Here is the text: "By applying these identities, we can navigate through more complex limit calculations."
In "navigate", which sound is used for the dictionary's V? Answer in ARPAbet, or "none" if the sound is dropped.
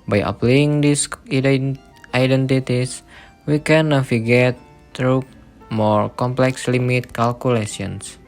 F